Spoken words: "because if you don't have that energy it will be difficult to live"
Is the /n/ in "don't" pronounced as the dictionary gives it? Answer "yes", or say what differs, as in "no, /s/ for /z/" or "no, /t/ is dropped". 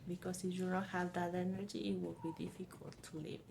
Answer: no, /l/ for /n/